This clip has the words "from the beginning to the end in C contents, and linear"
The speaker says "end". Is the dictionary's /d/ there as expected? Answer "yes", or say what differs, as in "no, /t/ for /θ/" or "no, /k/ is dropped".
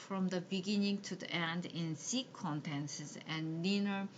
yes